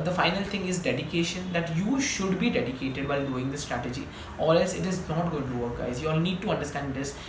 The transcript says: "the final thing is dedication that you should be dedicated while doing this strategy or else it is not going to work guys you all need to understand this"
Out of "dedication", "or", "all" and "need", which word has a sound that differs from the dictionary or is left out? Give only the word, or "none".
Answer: or